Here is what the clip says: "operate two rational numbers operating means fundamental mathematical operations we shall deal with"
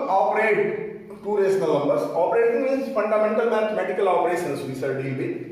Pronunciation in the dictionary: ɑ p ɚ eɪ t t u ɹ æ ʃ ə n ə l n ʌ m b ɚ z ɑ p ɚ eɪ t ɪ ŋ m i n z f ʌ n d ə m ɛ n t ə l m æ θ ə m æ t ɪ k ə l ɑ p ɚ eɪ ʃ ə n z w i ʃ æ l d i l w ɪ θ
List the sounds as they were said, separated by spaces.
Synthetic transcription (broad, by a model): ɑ p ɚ eɪ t t u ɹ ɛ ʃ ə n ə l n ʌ m b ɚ s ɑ p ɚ eɪ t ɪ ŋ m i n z f ʌ n d ə m ɛ n t ə l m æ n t m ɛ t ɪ k ə l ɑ p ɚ eɪ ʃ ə n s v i s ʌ d i l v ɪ